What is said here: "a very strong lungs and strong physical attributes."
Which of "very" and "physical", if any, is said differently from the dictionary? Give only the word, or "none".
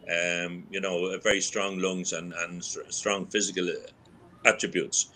none